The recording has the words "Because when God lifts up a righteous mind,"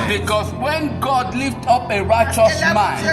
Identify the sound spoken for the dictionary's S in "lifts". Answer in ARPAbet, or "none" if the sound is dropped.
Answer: none